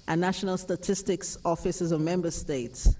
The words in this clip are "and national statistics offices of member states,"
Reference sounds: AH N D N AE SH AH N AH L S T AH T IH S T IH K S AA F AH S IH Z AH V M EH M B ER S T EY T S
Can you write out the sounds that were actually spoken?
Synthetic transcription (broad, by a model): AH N N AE SH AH N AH L S T AH T IH S T IH K S AA F AH S IH Z AH V M EH M B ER S T EY T S